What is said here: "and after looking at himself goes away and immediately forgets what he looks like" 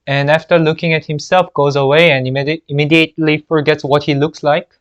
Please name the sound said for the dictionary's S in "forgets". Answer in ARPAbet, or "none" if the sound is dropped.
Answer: S